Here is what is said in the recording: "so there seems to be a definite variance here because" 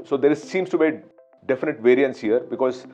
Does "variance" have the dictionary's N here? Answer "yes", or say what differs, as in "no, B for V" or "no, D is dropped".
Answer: yes